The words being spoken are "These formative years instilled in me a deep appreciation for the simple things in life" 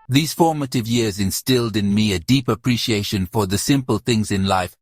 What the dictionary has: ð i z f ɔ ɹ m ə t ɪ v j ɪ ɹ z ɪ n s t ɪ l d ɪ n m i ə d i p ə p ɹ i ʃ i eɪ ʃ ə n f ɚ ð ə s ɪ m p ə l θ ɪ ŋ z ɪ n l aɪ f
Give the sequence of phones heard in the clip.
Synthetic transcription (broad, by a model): ð i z f ɔ ɹ m ə t ɪ v j ɪ ɹ z ɪ n s t ɪ l d ɪ n m i ə d i p ə p ɹ i ʃ i eɪ ʃ ə n f ɚ ð ə s ɪ m p ə l θ ɪ ŋ z ɪ n l aɪ f